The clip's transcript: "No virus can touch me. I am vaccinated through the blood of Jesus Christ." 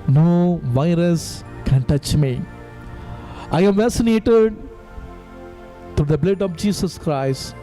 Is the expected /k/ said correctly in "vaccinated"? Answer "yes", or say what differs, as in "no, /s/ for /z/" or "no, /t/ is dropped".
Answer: no, /k/ is dropped